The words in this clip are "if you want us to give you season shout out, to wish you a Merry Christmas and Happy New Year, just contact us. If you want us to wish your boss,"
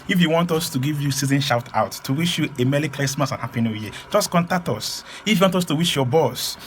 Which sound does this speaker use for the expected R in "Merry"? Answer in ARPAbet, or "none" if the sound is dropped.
L